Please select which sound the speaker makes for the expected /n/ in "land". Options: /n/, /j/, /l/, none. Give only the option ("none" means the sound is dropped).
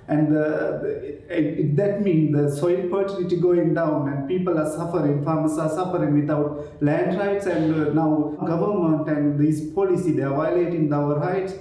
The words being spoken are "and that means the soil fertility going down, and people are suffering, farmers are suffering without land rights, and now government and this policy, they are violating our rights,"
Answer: /n/